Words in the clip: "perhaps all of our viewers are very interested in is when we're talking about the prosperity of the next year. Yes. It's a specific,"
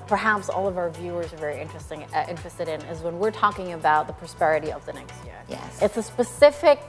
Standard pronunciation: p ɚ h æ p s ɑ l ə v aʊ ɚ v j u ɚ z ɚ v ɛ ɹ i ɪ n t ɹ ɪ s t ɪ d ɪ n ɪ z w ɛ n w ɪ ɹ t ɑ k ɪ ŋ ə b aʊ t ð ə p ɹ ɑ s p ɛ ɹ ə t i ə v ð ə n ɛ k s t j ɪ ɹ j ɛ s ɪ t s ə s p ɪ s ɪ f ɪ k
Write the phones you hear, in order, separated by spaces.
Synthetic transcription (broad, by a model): p ɚ h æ p s ɑ l ə v aʊ ɚ v j u ɚ z ɚ v ɛ ɹ i ɪ n t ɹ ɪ s t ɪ d ɪ n ɪ z w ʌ n w ɪ ɹ t ɑ k ɪ ŋ ə b aʊ t ð ə p ɹ ɑ s p ɛ ɹ ə t i ə v ð ə n ɛ k s t j ɪ ɹ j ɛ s ɪ t s ə s p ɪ s ɪ f ɪ k